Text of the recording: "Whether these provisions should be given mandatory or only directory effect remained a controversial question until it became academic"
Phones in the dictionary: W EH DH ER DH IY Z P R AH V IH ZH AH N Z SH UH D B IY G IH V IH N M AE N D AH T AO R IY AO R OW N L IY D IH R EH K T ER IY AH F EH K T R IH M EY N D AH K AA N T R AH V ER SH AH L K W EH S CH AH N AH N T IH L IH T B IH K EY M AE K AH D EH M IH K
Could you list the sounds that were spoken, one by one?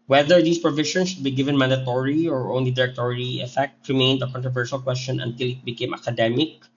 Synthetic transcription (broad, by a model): W EH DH ER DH IY S P R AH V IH SH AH N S SH UH D B IY G IH V IH N M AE N D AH T AO R IY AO R OW N L IY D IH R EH K T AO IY AH F EH K T R IH M EY N D AH K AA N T R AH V ER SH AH L K W EH S CH AH N AH N T IH L IH T B IH K EY M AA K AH D EH M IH K